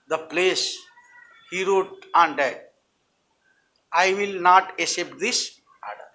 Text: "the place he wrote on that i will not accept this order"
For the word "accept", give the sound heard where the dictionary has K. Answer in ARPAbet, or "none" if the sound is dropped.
none